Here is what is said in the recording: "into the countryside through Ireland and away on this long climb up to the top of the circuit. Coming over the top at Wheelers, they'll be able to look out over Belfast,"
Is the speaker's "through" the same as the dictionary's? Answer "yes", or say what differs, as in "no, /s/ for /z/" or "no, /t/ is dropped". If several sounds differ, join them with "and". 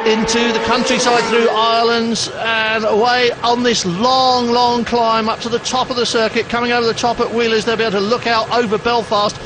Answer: yes